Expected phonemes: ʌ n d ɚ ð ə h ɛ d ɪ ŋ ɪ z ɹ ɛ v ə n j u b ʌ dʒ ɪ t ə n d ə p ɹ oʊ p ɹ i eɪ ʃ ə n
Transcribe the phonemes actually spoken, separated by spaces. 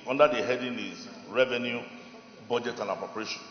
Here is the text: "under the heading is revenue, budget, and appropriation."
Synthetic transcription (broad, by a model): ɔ n d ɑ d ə h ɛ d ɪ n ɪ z ɹ ɛ v ə n j u b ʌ dʒ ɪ t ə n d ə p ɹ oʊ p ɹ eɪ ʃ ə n